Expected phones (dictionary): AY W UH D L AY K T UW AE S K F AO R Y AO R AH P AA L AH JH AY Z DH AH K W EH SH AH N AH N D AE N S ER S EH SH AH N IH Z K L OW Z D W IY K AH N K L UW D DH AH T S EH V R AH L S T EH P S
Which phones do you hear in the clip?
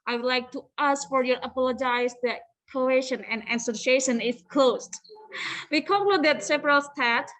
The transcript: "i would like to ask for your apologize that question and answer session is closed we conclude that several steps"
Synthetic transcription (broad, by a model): AY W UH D L AY K T UW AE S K F AO R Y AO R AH P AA L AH JH AY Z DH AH K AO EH SH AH N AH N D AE S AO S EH SH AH N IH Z K L OW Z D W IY K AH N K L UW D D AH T S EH P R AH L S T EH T